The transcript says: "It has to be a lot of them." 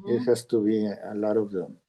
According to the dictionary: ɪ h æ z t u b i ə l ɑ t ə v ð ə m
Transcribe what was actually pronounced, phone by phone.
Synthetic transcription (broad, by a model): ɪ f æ s t u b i ə l ɑ t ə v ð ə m